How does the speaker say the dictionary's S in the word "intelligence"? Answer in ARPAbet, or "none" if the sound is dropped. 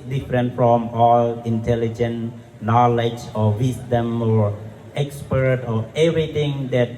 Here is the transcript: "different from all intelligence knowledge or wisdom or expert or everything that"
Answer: none